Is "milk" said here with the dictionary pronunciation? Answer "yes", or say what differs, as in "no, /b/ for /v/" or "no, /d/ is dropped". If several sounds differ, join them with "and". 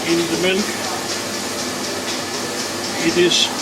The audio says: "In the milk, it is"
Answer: no, /n/ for /l/